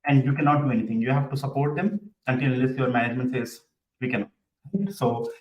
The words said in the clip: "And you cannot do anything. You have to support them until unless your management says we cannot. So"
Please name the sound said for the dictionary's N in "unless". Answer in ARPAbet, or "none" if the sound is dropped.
none